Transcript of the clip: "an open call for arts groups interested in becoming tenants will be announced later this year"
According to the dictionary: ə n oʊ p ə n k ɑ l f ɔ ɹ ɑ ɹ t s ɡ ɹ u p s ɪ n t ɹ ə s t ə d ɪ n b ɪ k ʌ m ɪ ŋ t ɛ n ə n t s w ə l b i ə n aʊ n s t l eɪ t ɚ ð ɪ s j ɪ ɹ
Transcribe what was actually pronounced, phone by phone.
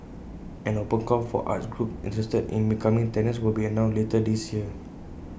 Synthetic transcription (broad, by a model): ə n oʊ p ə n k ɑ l f ɔ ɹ ɑ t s ɡ ɹ u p ɪ n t ɹ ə s t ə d ɪ n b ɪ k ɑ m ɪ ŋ t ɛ n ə s w ə l b i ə n aʊ l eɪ t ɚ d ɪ s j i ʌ